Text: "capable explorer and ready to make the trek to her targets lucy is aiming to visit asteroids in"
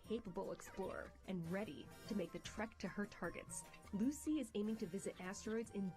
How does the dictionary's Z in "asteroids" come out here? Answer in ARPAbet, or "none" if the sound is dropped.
Z